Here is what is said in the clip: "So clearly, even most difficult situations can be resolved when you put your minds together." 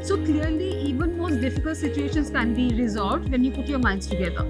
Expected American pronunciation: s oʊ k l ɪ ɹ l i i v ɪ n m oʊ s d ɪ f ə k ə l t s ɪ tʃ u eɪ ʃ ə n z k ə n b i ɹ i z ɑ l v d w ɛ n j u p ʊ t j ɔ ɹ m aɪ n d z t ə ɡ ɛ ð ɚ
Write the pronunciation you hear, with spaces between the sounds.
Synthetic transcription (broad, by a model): s oʊ k l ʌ ɹ l i i v ɪ n m oʊ s d ɪ f ə k ə l t s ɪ tʃ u eɪ ʃ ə n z k ə n b i ɹ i z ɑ v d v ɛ n j u p ʊ t j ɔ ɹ m aɪ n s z t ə ɡ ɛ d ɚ